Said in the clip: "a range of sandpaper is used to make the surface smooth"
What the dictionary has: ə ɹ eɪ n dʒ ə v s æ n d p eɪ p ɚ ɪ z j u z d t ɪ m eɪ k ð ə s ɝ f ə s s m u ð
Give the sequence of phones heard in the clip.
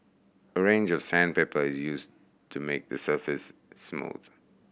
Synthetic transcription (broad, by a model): ə ɹ eɪ n dʒ ə v s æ n p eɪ p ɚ ɪ z j u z t ɪ m eɪ k ð ə s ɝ f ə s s m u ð